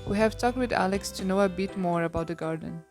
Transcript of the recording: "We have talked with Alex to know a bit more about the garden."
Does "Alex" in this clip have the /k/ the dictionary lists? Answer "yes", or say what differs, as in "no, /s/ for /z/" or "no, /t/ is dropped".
yes